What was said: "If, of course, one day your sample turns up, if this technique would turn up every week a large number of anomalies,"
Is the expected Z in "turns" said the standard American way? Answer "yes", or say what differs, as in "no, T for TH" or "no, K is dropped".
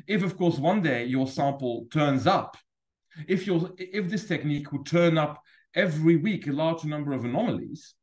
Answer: yes